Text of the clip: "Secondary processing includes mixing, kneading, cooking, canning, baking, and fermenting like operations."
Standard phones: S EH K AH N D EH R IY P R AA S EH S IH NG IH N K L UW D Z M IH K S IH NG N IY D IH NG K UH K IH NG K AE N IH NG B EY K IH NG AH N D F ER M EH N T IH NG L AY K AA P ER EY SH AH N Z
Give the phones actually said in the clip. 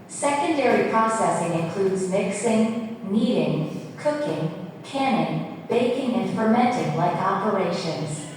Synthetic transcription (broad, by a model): S EH K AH N D EH R IY P R AA S EH S IH NG IH N K L UW D Z M IH K S IH NG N IY D IH NG K UH K IH NG K AE N IH NG B EY K IH NG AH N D F ER M EH N T IH NG L AY K AA P ER EY SH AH N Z